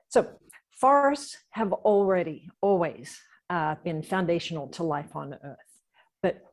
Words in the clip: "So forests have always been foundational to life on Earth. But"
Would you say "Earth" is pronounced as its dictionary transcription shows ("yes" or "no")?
yes